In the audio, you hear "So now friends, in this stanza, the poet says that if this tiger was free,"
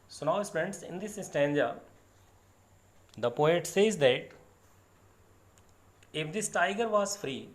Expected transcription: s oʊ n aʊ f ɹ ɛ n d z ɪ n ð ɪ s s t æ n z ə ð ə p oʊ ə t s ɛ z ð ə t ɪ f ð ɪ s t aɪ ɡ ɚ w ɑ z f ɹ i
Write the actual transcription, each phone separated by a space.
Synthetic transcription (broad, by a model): s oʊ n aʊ p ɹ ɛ n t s ɪ n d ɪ s s t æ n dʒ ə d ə p oʊ ə t s ɛ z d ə t ɪ f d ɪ s t aɪ ɡ ɚ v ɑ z f ɹ i